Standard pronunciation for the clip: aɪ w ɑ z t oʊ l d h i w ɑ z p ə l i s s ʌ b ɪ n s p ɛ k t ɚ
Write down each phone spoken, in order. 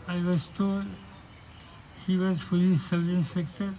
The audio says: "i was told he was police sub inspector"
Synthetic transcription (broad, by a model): aɪ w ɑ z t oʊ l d h i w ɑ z f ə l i s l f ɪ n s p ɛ k t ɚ